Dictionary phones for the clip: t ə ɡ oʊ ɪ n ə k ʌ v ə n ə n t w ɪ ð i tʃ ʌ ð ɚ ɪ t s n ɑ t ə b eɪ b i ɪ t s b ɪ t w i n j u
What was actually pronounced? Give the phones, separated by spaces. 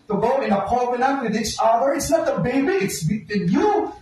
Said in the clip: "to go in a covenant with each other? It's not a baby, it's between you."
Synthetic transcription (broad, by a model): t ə ɡ oʊ ɪ n ə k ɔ b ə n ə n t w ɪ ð i tʃ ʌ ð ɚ ɪ t s n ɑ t ə b eɪ b i ɪ t s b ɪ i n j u